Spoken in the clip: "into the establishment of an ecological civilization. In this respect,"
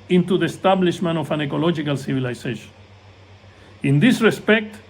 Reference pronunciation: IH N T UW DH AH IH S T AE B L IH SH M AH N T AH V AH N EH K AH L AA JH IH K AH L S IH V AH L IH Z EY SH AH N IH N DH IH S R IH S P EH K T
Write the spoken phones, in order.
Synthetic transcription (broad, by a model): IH N T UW DH AH S T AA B L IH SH M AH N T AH F AH N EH K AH L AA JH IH K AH L S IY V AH L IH S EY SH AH N IH N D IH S R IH S P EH K T